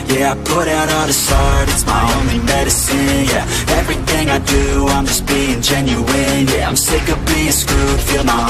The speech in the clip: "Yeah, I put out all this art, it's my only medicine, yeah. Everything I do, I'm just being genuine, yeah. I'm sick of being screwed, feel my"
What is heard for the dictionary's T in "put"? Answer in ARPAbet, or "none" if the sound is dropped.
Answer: T